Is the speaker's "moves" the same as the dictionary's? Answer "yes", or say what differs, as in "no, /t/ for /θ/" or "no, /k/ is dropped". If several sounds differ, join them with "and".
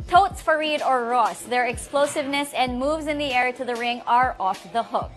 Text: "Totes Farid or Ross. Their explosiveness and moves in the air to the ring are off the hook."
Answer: yes